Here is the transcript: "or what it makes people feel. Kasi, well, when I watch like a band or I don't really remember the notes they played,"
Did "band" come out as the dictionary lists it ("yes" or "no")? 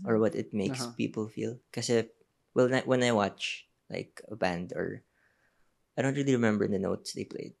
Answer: yes